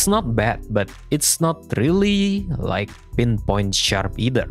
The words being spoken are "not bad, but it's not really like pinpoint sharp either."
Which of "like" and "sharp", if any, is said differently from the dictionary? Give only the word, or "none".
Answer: none